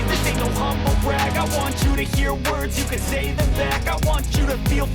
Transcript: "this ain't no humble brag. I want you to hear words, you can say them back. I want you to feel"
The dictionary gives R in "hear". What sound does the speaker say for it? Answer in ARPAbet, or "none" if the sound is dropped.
R